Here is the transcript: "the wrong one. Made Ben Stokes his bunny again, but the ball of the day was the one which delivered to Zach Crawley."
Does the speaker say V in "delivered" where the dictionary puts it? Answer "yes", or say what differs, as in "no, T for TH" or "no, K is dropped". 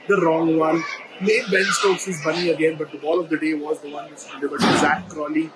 no, B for V